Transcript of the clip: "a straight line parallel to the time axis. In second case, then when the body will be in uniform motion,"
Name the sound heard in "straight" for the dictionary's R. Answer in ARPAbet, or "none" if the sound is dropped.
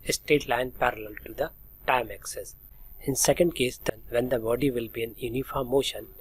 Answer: none